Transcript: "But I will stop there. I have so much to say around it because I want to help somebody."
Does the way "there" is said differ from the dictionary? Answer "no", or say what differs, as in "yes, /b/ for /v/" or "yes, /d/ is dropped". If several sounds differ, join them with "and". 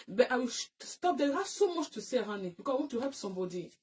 yes, /w/ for /ɹ/